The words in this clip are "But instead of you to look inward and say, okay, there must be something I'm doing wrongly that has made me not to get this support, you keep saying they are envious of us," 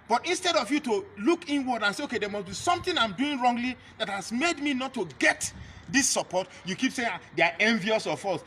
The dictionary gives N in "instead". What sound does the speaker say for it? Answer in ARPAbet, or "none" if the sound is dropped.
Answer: N